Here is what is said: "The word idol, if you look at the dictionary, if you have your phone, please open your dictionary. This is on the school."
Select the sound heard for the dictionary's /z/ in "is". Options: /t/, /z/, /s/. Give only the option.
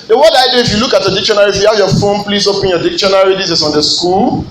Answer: /s/